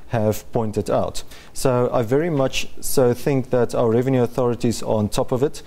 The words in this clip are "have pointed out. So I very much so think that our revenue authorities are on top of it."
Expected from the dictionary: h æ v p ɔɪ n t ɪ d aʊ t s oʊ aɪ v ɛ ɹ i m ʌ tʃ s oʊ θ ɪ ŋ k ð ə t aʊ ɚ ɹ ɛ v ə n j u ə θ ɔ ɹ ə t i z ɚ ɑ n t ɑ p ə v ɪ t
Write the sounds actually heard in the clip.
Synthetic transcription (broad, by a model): h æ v p ɔɪ n t ɪ d aʊ t s oʊ aɪ v ɛ ɹ i m ʌ tʃ s oʊ θ ɪ ŋ k ð ə t aʊ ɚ ɹ ɛ v ə n j u ə θ ɔ ɹ ə t i z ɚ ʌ n t ɑ p ə v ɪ t